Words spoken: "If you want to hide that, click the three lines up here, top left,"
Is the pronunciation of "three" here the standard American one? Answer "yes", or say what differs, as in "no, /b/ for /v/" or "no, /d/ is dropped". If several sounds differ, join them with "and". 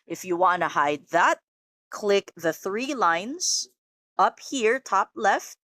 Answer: yes